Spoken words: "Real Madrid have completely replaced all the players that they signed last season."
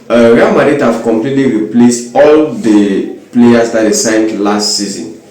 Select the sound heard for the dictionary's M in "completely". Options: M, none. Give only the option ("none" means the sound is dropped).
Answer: M